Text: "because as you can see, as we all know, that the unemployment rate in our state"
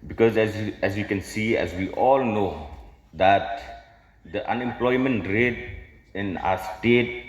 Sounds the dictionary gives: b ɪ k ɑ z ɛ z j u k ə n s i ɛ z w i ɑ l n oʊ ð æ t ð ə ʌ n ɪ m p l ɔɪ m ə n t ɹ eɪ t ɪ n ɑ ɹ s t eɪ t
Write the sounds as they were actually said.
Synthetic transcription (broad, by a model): b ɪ k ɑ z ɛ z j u k ə n s i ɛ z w i ɑ l n oʊ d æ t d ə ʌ n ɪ m p l ɔɪ m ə n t ɹ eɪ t ɪ n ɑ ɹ s t eɪ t